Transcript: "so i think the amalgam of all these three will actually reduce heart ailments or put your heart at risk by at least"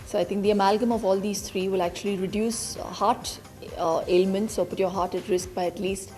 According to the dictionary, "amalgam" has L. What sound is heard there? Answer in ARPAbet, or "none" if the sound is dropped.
L